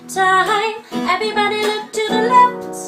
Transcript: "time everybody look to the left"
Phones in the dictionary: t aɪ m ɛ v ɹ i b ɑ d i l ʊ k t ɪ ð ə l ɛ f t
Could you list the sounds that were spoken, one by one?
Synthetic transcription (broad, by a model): t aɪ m ɛ v ɹ i b ɑ d i l ʊ k t ɪ ð ə l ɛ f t